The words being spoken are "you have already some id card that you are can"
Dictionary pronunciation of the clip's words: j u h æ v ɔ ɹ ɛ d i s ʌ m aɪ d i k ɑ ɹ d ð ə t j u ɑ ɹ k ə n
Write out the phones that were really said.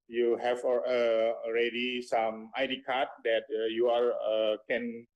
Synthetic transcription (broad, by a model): j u h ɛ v ɔ ɹ ɛ d i s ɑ m aɪ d i k ɑ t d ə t j u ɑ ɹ k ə n